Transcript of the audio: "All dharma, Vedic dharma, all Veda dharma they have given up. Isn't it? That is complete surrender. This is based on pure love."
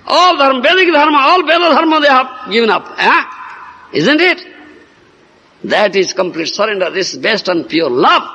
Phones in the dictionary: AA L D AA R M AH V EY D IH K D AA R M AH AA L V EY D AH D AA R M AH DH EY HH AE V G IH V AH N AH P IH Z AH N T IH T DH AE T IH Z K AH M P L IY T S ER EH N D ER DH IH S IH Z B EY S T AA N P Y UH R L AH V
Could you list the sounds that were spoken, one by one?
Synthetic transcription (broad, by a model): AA L D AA R M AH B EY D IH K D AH R M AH AA L B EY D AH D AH R M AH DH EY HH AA B G IH V AH N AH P IH Z AH N T IH T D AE T IH Z K AH M P L IY T S ER EH N D ER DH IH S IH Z B EY S T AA N P Y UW R L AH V